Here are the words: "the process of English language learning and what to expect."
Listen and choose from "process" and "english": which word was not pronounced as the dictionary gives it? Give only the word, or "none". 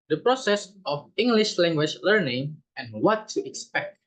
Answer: none